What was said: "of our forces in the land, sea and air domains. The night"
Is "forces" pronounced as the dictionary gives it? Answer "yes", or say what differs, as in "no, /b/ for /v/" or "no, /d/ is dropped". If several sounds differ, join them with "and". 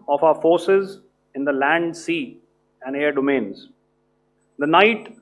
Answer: yes